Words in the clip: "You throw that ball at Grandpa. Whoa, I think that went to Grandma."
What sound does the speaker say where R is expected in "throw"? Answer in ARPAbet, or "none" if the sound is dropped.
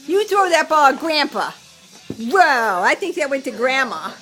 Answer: none